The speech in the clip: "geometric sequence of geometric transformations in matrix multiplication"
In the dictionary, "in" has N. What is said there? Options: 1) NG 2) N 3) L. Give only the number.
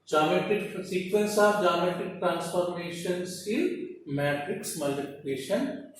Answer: 3